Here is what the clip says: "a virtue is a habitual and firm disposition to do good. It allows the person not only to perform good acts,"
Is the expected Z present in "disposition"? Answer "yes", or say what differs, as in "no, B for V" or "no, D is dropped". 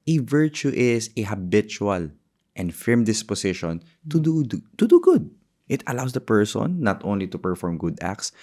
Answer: no, S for Z